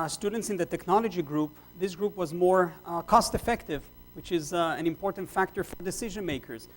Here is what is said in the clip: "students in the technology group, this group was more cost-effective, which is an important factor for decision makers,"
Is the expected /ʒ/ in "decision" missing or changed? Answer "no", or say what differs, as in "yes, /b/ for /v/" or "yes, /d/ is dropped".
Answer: no